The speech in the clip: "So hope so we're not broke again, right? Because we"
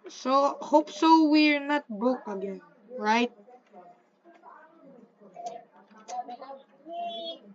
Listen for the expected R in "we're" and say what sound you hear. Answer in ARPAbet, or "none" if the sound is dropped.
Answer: R